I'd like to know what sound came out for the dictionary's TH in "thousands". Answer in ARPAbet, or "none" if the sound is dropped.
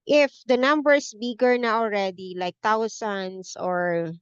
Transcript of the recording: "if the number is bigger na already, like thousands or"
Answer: T